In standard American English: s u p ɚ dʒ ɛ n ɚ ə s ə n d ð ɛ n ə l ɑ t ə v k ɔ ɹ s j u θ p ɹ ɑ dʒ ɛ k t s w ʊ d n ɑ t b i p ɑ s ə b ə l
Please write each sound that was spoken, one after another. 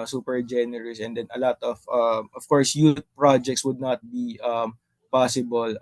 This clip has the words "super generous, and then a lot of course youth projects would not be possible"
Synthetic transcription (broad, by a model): s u p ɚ dʒ ɛ n ɚ ə s ə n d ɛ n ə l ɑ t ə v k ɔ ɹ s j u t p ɹ ɑ dʒ ɛ k t s w ʊ d n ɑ t b i p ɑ s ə b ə l